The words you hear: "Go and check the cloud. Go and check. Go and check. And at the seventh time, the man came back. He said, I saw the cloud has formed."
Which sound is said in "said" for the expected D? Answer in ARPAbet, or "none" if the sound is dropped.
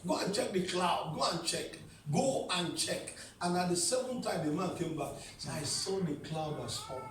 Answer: none